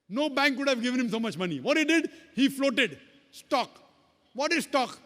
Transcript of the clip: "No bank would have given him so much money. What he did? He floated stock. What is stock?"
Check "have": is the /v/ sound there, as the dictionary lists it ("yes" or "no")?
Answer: yes